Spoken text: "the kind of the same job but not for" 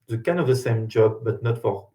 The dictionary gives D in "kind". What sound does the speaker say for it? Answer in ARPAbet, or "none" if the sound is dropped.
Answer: none